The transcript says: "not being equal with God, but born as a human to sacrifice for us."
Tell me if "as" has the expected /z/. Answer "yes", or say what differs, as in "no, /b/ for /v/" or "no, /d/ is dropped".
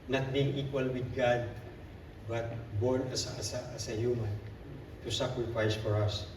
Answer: no, /s/ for /z/